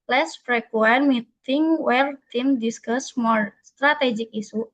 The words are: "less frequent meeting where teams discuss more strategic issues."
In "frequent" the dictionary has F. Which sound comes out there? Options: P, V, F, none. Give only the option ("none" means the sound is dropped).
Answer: P